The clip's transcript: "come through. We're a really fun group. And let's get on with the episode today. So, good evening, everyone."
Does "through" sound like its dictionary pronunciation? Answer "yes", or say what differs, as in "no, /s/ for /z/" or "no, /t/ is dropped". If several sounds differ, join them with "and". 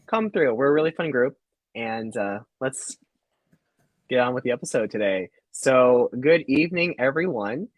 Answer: yes